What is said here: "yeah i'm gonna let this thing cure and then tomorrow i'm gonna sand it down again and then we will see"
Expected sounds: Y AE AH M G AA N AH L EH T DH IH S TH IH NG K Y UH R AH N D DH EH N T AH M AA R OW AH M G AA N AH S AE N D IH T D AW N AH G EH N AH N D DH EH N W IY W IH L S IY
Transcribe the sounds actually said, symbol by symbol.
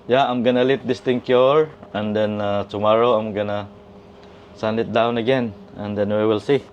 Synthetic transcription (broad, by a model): Y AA AH M G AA N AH L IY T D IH S T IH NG K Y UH R AH N D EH N T AH M AA R OW AH M G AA N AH S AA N IH T D AW N AH G EH N AH N D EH N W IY W IH L S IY